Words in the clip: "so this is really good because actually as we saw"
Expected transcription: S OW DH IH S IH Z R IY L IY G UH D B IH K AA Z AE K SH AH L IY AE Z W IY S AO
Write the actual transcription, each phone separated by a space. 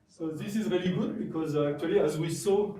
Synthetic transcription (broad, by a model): S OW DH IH S IH Z R IY L IY G UH D B IH K AA Z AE K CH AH L IY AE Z W IY S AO